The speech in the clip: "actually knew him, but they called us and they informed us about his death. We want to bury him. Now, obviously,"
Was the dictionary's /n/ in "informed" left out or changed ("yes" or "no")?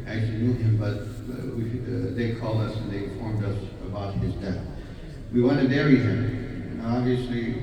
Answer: yes